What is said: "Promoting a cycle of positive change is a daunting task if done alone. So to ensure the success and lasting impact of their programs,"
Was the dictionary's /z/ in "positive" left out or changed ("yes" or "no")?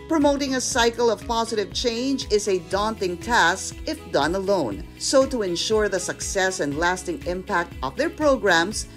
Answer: no